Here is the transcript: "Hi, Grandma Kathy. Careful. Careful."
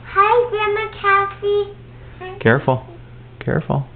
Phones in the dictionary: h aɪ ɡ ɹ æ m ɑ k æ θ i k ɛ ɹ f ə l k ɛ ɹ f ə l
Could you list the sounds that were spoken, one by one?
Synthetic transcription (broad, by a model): h aɪ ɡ ɛ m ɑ k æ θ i k ɛ ɹ f ə l k ɛ ɹ f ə l